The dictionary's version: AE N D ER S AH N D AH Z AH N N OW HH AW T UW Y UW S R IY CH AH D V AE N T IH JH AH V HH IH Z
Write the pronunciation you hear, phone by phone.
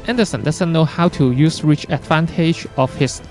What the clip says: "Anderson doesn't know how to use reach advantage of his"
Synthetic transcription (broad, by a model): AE N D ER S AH N D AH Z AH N N OW HH AW T UW Y UW S R IY CH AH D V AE N T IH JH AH F HH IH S